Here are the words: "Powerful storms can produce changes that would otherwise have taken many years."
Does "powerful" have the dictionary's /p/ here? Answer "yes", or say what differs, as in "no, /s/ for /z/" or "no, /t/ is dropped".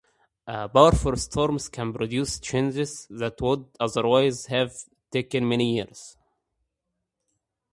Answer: no, /b/ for /p/